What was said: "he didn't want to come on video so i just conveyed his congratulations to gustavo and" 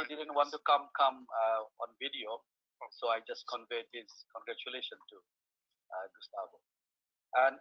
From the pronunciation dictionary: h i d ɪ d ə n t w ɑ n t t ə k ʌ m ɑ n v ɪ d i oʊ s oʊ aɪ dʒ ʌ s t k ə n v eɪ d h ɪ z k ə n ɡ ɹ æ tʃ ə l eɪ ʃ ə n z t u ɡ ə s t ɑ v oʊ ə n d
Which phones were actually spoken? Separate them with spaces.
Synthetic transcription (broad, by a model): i d ɪ d ə n t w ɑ n t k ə k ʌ m ɑ n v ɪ d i oʊ s oʊ aɪ dʒ ʌ s t k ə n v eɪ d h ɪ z k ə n ɡ ɹ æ tʃ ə l eɪ ʃ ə n t u ɡ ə s t ɑ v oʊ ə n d